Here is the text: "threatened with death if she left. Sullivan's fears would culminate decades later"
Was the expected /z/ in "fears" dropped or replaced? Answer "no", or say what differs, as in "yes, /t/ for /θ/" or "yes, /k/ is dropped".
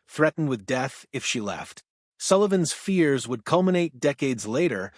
no